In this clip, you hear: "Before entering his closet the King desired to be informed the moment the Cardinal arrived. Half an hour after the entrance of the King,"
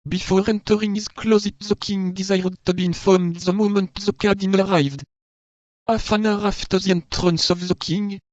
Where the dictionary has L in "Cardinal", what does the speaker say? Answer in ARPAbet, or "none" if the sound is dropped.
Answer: N